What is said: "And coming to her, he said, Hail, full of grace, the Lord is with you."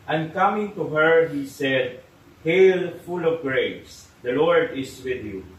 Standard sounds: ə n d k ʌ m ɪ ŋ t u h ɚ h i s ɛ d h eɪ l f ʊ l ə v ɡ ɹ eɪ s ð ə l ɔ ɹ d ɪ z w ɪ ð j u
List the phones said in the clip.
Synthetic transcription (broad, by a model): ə n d k ʌ m ɪ ŋ t u h ɚ h i s ɛ d h eɪ l f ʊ l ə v ɡ ɹ eɪ s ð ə l ɔ ɹ d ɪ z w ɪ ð j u